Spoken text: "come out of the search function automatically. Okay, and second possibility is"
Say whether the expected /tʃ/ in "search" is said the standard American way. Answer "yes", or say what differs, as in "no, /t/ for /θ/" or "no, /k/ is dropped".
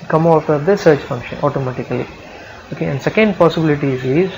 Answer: yes